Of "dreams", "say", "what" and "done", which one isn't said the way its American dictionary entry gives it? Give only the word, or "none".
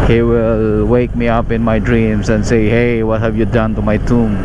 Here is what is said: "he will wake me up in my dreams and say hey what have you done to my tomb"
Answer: dreams